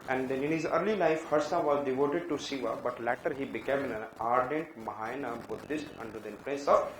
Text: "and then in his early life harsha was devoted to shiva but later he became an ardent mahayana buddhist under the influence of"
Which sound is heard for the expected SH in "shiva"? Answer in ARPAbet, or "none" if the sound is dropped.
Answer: S